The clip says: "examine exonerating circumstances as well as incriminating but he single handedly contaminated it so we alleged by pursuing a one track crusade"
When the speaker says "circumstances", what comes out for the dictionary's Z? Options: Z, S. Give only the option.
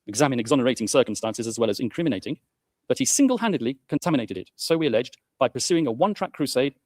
Z